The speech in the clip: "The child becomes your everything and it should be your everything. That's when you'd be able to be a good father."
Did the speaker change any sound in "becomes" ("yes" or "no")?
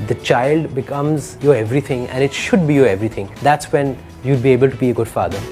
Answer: no